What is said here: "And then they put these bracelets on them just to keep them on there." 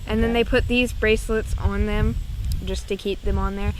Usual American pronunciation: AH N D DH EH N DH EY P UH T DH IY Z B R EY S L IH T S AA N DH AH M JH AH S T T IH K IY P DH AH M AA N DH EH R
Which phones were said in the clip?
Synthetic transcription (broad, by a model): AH N DH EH N DH EY P UH T DH IY Z B R EY S L IH T S N DH AH M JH AH S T T IH K IY P DH AH M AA N DH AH R